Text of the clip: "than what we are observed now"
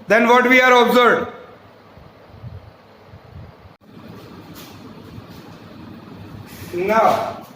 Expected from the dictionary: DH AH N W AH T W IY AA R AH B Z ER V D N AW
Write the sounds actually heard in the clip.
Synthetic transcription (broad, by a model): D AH N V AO T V IY AA R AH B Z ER D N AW